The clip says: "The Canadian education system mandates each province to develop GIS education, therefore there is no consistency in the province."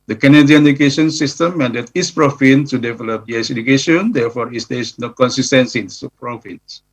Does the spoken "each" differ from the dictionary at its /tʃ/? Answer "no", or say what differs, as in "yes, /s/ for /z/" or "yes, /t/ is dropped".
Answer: yes, /s/ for /tʃ/